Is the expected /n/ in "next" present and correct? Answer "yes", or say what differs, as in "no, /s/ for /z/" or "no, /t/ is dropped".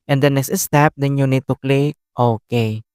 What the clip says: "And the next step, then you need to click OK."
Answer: yes